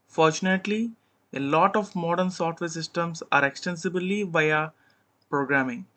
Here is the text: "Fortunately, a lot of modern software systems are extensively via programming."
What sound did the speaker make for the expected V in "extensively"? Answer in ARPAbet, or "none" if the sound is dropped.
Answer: B